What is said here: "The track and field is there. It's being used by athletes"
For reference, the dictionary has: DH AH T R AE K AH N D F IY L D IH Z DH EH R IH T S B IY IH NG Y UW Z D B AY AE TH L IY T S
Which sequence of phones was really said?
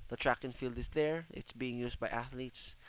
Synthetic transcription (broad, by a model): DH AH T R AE K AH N F IY L D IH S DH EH R IH T S B IY IH NG Y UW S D B AY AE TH L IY T S